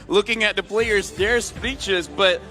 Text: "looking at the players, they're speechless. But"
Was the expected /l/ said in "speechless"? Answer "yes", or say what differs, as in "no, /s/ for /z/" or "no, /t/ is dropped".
no, /l/ is dropped